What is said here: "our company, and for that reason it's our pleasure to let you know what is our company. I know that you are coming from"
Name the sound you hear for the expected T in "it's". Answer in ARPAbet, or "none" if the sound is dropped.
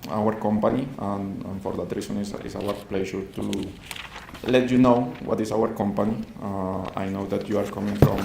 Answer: S